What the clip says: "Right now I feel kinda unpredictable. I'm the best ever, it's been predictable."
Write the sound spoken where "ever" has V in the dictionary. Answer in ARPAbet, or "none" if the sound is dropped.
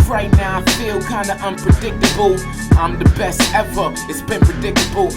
F